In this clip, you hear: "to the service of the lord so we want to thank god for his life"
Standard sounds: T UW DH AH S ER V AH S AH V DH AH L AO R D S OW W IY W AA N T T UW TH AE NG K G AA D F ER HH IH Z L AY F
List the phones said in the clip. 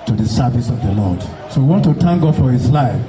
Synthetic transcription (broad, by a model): T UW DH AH S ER V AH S AH V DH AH L AO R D S OW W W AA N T T UW T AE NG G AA F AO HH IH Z L AY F